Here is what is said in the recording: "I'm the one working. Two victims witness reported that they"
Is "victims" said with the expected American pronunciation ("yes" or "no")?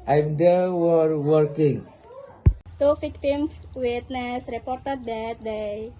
no